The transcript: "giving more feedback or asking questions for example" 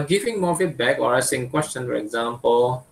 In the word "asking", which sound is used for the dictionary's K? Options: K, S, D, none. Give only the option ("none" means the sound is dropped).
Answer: none